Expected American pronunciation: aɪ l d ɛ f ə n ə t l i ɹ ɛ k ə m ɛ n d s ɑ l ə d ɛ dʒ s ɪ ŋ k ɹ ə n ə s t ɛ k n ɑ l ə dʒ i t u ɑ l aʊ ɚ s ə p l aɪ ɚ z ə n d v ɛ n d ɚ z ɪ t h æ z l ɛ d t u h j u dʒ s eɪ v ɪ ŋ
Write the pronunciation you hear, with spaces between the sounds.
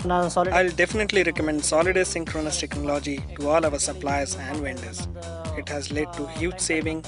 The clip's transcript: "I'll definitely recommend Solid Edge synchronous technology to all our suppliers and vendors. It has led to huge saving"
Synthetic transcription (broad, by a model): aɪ l d ɛ f ə n ə t l i ɹ ɛ k ə m ɛ n d s ɑ l ə d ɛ s ɪ ŋ k ɹ ə n ə s t ɛ k n ɑ l ə dʒ i t u ɑ l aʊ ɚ s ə p l aɪ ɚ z ə n d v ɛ n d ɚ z ɪ t h æ z l ɛ d t u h j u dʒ s eɪ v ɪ ŋ